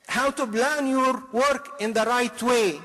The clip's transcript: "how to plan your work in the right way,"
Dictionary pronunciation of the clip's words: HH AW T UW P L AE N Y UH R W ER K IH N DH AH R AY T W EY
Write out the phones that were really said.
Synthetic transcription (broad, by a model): HH AW T UW B L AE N Y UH R W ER K IH N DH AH R AY T W EY